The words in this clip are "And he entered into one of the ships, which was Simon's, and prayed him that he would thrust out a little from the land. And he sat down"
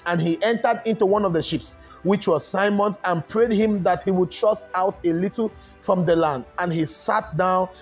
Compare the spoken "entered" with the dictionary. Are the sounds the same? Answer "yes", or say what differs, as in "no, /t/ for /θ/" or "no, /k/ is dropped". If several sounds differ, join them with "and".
yes